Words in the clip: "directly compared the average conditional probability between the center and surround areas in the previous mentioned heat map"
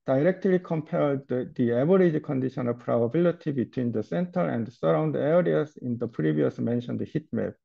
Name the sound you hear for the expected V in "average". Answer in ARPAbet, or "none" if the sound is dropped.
B